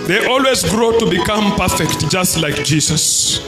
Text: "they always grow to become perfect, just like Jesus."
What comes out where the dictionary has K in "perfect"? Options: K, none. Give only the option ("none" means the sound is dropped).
K